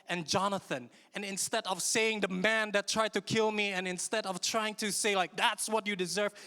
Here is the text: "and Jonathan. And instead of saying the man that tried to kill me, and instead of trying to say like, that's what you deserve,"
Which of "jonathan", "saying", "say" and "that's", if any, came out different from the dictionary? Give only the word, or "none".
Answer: none